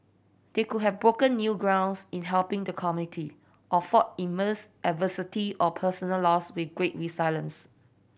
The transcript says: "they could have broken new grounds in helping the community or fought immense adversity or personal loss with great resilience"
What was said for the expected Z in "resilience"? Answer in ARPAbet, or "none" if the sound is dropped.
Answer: S